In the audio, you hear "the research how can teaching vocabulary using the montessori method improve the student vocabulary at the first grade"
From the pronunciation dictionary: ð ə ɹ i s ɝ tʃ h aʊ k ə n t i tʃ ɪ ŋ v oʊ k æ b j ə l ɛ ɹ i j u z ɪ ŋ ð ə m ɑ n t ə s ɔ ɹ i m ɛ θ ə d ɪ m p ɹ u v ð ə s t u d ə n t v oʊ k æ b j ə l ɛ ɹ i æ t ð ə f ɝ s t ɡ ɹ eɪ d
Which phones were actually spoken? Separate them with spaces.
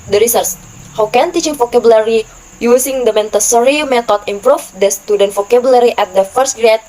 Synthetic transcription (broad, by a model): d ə ɹ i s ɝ s h aʊ k ə n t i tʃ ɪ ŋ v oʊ k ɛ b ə l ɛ ɹ i j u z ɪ ŋ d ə m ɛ n t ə s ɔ ɹ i m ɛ t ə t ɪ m p ɹ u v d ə s t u d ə n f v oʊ k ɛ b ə l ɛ ɹ i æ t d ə f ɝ s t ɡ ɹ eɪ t